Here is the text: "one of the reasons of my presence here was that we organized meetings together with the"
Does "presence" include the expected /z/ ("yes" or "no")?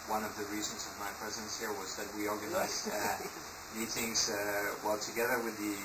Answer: yes